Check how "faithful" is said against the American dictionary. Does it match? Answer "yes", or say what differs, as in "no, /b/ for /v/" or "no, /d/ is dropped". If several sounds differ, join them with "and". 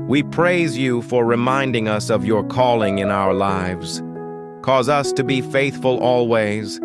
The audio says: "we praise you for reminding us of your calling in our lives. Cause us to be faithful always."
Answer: yes